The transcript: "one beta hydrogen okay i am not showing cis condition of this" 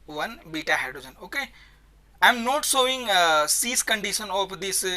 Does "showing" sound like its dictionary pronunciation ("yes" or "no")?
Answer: no